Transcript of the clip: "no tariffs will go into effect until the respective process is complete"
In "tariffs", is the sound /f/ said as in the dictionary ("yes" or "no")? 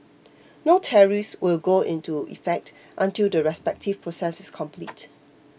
no